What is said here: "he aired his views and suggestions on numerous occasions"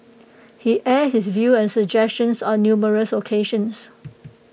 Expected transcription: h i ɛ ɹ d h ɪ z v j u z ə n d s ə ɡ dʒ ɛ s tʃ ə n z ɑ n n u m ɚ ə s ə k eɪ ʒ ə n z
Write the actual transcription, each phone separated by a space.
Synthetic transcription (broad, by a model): h i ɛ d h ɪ s v j u ə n s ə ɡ dʒ ɛ s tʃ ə n s ɑ n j u m ɚ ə s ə k eɪ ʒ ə n s